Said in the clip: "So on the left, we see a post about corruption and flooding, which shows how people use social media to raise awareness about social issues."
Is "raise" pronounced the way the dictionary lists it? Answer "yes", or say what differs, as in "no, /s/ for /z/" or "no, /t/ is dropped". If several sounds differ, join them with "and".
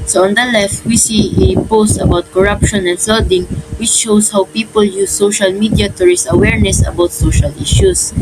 no, /s/ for /z/